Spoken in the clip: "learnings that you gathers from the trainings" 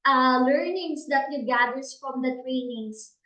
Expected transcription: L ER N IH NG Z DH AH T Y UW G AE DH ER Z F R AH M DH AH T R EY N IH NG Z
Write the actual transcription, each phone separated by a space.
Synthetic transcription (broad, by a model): L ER N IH NG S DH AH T Y UW G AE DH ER S F R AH M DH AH T R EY N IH NG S